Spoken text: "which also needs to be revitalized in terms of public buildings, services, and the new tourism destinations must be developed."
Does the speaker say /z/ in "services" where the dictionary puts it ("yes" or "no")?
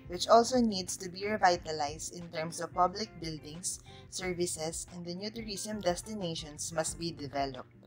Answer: no